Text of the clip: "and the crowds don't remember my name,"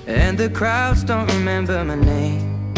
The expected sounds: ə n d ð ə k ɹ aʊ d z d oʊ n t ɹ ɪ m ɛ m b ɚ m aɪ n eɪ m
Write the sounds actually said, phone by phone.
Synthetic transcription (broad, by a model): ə n ð ə k ɹ aʊ d z d oʊ n t ɹ ɪ m ɛ m b ɚ m aɪ n eɪ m